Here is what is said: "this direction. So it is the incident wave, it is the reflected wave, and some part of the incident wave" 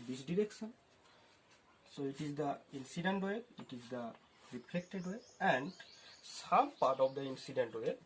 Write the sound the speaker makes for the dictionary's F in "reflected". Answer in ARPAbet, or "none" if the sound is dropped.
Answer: P